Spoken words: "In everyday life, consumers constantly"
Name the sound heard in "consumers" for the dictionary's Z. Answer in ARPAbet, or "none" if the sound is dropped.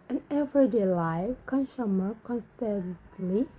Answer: none